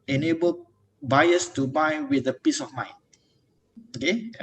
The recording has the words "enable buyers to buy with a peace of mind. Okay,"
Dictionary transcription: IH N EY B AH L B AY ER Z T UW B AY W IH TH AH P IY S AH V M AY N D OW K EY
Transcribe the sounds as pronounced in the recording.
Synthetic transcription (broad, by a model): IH N EY B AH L B AY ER S T UW B AY W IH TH AH P IY S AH F M AY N OW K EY